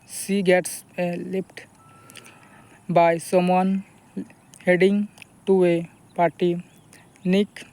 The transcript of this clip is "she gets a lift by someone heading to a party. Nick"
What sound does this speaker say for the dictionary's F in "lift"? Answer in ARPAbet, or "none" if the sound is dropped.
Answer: P